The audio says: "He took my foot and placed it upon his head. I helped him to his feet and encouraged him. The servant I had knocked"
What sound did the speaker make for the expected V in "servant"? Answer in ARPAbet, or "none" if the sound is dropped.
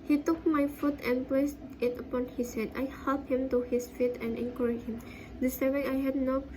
none